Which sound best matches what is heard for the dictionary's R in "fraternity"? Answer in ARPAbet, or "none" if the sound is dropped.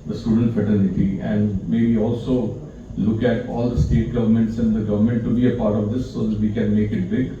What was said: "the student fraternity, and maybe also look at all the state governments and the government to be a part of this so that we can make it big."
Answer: none